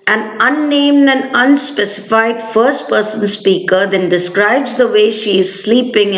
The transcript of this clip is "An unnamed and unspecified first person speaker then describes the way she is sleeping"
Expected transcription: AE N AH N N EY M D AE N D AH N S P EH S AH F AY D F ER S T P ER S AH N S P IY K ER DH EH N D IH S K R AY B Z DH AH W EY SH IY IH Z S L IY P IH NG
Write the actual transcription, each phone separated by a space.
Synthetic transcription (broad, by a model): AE N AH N N EY M D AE N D AH N S P EH S AH F AY D F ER S T P ER S AH N S P IY K ER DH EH N D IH S K R AY B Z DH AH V EY SH IY IH Z S L IY P IH NG